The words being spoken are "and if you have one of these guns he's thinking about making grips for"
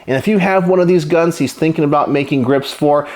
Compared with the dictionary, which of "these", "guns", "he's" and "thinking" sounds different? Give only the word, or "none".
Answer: none